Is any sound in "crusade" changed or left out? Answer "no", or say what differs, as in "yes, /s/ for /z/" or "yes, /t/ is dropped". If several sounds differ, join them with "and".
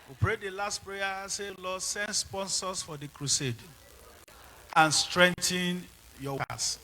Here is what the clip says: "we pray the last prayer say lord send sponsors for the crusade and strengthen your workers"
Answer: no